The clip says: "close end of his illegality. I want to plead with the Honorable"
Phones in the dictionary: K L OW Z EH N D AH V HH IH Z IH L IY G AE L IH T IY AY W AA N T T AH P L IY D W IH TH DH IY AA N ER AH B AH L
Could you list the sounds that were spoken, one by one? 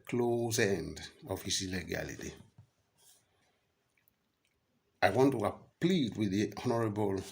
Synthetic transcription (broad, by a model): K L OW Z EH N D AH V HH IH S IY L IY G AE L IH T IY AY W AA N T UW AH P L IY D W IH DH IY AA N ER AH B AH L